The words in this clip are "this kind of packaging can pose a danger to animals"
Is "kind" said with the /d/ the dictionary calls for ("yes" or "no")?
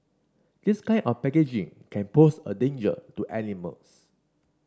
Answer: no